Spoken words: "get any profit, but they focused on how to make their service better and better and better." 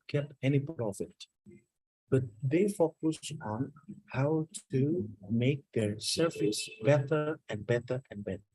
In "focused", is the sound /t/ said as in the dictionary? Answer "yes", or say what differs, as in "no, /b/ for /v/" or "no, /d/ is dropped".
no, /t/ is dropped